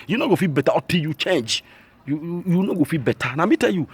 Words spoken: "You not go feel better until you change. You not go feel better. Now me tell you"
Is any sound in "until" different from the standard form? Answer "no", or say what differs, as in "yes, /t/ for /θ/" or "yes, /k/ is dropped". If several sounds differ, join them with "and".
yes, /n/ is dropped